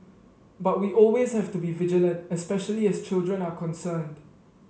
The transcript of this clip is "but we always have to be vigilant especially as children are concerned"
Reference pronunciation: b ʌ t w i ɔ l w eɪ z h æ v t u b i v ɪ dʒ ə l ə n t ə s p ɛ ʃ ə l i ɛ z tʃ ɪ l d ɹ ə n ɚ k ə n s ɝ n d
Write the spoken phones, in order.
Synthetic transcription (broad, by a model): b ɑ t w i ɔ l w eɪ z h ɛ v t u b i v ɪ dʒ ə l ə n t ə s p ɛ ʃ ə l i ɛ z tʃ ɪ l d ɹ ə n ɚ k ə n s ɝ n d